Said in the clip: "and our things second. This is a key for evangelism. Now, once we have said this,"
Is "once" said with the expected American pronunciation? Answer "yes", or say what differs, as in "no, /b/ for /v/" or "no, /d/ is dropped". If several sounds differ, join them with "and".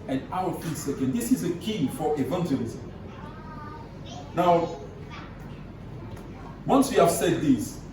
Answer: yes